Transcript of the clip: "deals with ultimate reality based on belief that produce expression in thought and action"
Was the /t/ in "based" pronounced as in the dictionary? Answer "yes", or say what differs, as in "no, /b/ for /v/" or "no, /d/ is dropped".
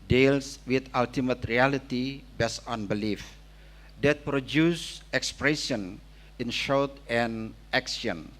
no, /t/ is dropped